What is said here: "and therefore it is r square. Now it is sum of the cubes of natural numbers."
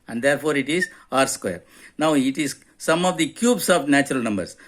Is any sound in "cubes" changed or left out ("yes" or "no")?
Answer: yes